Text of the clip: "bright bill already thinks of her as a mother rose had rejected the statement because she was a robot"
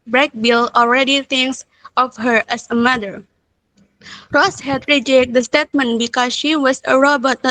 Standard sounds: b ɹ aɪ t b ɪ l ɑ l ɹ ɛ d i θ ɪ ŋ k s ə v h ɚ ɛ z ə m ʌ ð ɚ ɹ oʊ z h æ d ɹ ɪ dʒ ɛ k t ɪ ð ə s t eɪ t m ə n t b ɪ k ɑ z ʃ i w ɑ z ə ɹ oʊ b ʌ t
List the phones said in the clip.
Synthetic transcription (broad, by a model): b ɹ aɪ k b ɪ l ɑ l ɹ ɛ d i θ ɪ ŋ k s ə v h ɚ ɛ s ə m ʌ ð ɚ ɹ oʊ s h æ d ɹ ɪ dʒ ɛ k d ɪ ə s t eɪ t m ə n b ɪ k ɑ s ʃ i w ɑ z ə ɹ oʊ b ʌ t